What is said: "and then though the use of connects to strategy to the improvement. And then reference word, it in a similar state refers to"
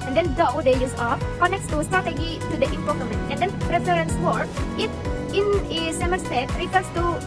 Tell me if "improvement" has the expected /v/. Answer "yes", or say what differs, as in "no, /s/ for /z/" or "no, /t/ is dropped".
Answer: no, /v/ is dropped